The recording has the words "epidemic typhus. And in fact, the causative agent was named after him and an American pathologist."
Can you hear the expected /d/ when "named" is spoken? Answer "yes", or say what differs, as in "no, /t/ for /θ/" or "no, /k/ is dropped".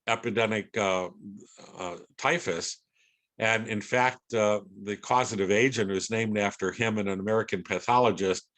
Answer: yes